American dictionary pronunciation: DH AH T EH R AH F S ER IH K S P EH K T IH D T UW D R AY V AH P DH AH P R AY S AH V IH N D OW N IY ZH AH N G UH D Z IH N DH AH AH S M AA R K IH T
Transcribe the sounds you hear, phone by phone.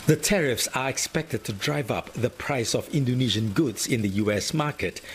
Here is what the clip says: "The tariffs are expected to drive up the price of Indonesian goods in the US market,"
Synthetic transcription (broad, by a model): DH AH T EH R AH F S ER IH K S P EH K T IH D T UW D R AY V AH P DH AH P R AY S AH V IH N D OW N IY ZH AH N G UH D Z IH N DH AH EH S M AA R K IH T